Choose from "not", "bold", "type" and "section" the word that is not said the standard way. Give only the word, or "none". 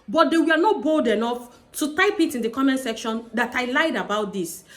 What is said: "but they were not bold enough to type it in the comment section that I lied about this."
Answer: none